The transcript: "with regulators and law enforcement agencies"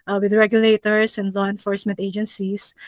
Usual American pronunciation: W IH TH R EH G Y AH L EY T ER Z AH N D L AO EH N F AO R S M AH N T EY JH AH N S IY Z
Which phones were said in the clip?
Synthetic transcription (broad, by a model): W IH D R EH G Y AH L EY T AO S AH N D L AO EH N F AO R S M AH N T EY JH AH N S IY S